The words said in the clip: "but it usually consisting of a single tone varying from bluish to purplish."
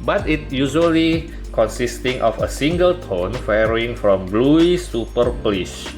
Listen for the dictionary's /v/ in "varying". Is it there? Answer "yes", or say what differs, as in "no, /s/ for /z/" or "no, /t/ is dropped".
no, /f/ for /v/